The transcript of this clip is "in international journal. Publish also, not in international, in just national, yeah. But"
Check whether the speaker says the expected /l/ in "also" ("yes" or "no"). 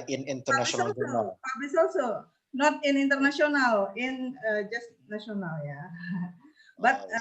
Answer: yes